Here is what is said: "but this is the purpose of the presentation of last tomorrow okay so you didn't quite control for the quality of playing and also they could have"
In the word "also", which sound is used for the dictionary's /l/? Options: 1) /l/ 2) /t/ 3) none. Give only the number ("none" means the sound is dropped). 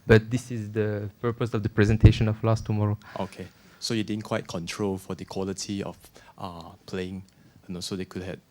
3